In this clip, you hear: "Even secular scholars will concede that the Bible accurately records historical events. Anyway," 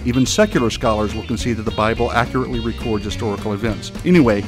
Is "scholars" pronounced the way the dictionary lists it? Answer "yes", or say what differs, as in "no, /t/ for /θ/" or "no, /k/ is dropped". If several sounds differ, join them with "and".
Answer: yes